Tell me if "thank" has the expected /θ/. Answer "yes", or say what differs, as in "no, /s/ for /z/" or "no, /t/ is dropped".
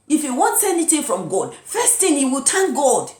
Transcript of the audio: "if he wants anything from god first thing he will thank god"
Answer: no, /t/ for /θ/